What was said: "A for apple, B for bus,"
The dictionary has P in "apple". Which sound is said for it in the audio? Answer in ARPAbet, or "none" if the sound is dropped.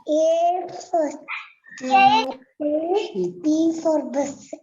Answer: none